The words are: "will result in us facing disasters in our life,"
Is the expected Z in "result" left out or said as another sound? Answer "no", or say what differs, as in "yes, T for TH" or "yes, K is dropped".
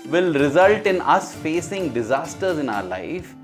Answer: no